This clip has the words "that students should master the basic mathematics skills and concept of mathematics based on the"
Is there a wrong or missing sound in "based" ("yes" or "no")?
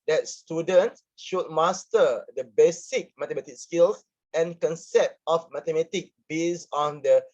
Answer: yes